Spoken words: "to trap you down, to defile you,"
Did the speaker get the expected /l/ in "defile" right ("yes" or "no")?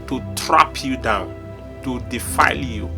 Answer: yes